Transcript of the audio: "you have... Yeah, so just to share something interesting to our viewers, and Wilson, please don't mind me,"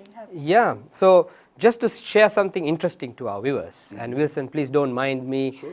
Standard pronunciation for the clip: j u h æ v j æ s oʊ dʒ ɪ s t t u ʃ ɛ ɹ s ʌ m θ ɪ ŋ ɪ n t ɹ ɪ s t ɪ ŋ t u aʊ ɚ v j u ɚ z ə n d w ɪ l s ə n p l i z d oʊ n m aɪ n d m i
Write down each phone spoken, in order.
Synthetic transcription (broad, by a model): j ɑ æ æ s oʊ dʒ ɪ s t t u ʃ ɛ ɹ s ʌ m t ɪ ŋ ɪ n t ɹ ɪ s t ɪ ŋ t u aʊ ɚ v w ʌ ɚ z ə n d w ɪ l s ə n p l i s d oʊ n m aɪ n d m i